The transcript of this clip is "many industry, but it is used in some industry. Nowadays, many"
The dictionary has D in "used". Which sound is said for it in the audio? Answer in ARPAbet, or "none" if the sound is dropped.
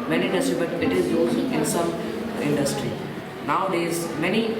none